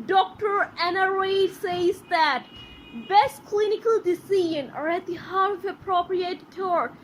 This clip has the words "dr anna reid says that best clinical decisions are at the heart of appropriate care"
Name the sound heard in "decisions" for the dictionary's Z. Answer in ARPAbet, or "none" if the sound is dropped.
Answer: none